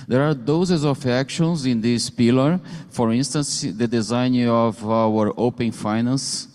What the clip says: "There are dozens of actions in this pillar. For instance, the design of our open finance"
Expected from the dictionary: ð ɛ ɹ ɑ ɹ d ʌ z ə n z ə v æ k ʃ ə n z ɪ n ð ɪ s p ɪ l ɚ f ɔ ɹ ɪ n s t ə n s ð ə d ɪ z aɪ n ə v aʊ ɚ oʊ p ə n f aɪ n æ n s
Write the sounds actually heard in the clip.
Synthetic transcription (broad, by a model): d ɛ ɹ ɑ ɹ d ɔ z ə z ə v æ k ʃ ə n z ɪ n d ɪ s p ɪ l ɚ f ɔ ɹ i n s t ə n s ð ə d ɪ z aɪ n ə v aʊ ɚ oʊ p ə n f aɪ n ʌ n s